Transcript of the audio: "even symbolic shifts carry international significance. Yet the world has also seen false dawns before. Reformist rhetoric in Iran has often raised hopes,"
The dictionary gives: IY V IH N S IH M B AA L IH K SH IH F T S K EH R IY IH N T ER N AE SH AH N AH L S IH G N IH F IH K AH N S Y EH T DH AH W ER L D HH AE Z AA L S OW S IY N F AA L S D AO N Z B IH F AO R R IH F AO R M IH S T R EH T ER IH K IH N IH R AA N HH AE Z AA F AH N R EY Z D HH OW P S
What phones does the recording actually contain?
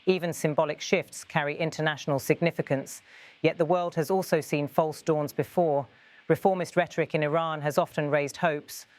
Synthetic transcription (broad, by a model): IY V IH N S IH M B AA L IH K SH IH F T S K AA R IY IH N T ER N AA SH AH N AH L S IH G N IH F IH K AH N S Y EH T DH AH W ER L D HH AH Z AA L S OW S IY N F AA L S D AO N Z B IH F AO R R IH F AO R M IH S T R EH T ER IH K IH N IH R AA N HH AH Z AA F AH N R EY Z D HH OW P S